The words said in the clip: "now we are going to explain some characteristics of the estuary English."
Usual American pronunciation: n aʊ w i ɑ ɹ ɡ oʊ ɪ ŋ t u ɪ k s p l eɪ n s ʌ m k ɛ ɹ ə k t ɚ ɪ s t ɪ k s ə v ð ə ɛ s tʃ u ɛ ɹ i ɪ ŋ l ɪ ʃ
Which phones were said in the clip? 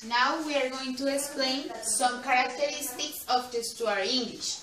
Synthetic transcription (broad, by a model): n aʊ w i ɑ ɹ ɡ oʊ ɪ ŋ t u ɪ k s p l eɪ n s ʌ m k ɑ ɹ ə k t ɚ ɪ s t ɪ k s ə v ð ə s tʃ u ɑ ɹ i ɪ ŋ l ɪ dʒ